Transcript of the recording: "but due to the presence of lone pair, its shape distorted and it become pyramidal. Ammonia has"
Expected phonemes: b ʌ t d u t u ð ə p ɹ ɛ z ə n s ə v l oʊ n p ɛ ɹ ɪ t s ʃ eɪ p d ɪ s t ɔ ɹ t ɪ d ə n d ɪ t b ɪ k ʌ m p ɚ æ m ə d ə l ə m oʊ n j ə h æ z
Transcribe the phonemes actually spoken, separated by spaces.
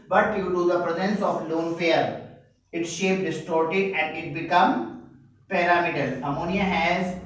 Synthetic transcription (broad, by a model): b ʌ t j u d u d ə p ɹ ɛ z ə n s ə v l oʊ n f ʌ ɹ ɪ t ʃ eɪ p d ɪ s t ɔ ɹ t ɪ d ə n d ɪ t b ɪ k ʌ m p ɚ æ m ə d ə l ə m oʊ n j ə h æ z